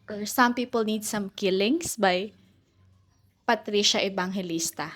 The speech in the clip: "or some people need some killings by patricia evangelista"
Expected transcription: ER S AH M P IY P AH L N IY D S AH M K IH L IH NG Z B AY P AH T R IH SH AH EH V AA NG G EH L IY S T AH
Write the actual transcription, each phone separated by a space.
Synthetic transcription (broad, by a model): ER S AH M P IY P AH L N IY D S AH M K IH L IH NG S B AY P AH T R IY SH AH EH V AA NG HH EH L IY S T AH